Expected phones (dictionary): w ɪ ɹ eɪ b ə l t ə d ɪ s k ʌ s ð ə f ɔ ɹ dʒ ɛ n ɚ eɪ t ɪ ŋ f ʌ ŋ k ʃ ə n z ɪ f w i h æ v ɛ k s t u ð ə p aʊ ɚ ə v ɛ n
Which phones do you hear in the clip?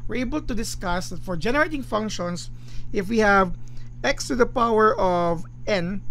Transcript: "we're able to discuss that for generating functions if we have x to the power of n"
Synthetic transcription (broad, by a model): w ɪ ɹ eɪ b ə l t ə d ɪ s k ʌ s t f ɔ ɹ dʒ ɛ n ɚ eɪ t ɪ ŋ f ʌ ŋ k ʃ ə n s ɪ f w i h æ v ɛ k s t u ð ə p aʊ ɚ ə v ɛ n